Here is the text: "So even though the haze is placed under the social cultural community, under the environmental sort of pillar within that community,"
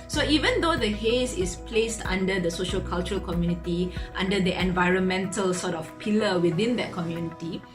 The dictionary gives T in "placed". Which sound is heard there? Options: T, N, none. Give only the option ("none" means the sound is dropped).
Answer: T